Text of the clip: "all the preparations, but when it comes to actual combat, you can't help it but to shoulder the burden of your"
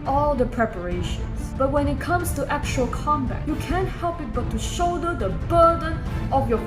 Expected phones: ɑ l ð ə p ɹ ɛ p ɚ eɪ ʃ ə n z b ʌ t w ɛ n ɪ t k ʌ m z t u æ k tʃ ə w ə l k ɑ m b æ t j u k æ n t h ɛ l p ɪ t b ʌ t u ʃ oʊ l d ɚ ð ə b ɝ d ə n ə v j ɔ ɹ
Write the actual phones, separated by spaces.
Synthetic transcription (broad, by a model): ɑ l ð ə p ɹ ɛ p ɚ eɪ ʃ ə n s b ʌ t w ɛ n ɪ t k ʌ m s t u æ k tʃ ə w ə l k ɑ m b æ t j u k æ n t h ɛ l p ɪ t b ʌ t u ʃ oʊ d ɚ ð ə b ɝ d ə n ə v j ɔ